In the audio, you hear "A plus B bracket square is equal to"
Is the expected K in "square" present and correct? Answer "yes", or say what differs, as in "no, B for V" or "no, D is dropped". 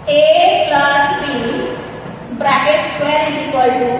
no, K is dropped